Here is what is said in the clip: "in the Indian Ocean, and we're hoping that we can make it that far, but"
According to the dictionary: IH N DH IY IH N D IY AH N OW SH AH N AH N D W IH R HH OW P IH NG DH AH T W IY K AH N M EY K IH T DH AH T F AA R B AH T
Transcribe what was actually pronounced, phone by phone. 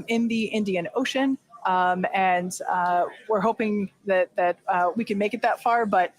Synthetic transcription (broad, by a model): IH N DH IY IH N D IY AH N OW SH AH N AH N W IH R HH OW P IH NG DH AH T W IY K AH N M EY K IH T DH AH T F AA R B AH T